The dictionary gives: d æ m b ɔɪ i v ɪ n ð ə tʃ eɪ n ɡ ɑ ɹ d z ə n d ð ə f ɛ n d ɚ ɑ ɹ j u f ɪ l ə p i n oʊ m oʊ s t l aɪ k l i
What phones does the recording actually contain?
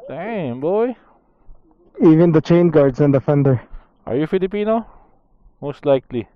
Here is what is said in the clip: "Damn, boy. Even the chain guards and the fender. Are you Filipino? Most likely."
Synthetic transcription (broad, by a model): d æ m b ɔɪ i v ɪ n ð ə tʃ eɪ n ɡ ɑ ɹ d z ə n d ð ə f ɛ n d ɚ ɑ ɹ j u f ɪ l ə p i n oʊ m oʊ s t l aɪ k l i